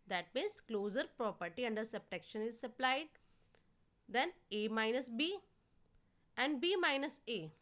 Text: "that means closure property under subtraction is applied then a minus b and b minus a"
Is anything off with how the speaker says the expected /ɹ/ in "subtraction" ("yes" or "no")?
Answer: yes